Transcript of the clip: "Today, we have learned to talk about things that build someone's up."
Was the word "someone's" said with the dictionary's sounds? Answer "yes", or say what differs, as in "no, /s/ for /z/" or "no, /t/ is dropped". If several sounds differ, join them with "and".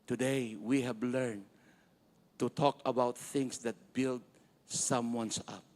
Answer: no, /s/ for /z/